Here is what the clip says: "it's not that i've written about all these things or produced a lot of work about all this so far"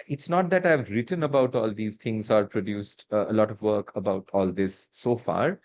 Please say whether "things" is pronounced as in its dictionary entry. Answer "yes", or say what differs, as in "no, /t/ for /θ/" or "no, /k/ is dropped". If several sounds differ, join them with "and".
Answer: no, /t/ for /θ/